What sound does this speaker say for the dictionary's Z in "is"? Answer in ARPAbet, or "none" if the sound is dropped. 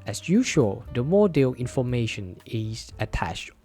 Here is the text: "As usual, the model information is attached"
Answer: S